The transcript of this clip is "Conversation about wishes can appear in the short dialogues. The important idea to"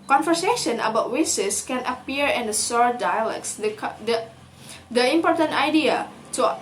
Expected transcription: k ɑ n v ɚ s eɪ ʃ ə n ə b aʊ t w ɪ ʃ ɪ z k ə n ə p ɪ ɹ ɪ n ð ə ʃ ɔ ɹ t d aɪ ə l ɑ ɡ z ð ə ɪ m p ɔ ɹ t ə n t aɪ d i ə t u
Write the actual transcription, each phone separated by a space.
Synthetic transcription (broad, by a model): k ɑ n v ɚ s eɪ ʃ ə n ə b aʊ t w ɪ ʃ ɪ s k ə n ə p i ɹ ɪ n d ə s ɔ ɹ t d aɪ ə l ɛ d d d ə ɪ m p ɔ ɹ t ə n t aɪ d i ə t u